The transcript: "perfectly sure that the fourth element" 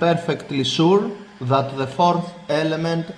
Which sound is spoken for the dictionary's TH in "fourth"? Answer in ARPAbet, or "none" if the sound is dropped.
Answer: TH